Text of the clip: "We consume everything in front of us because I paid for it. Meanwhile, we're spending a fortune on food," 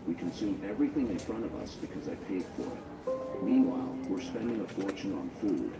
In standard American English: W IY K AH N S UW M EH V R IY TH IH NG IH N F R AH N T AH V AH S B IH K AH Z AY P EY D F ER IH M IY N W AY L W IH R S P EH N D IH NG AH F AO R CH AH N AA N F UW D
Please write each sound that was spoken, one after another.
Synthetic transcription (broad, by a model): W IY K AH N S UW M EH V R IY TH IH NG IH N F R AH T AH V AH S B IH K AH Z AY P EY D F ER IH M IY N W AY L W IH R S P EH N D IH NG AH F AO R CH AH N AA N F UW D